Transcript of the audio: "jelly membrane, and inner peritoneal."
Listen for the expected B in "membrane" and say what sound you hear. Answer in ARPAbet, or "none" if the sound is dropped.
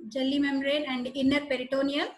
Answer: none